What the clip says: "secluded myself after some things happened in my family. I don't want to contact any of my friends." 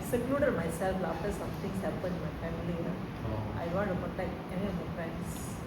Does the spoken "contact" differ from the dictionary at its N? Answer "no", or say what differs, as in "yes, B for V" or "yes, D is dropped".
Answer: yes, N is dropped